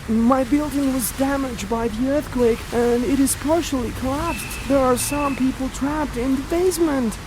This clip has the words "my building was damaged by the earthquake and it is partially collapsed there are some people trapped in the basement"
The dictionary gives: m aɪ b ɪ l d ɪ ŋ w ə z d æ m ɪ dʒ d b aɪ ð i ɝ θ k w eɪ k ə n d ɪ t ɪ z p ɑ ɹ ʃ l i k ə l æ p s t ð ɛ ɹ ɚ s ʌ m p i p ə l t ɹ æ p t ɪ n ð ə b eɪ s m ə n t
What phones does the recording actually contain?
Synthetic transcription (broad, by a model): m aɪ b ɪ l d ɪ ŋ w ə z d æ m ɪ dʒ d b aɪ ð i ɝ θ k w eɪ k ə n ɪ t ɪ z p ɑ ɹ ʃ l i k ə l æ p s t ð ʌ ɹ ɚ s ʌ m p i p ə l t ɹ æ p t ɪ n ð ə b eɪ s m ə n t